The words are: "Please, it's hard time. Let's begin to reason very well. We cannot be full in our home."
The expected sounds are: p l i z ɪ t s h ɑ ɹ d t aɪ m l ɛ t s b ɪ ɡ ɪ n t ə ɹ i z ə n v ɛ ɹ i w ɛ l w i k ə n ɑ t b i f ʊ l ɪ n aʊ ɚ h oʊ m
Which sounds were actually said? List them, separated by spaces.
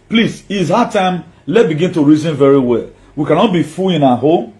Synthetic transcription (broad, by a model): p l i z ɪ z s h ɑ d t aɪ m l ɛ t b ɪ ɡ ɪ n t ə ɹ i z ə n v ɛ ɹ i w ɛ l w i k ə n ɑ t b i f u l ɪ n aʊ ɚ h oʊ m